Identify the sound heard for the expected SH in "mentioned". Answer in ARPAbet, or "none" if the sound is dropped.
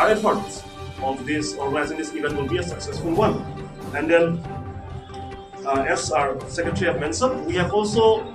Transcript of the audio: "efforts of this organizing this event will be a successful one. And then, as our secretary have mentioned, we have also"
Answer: S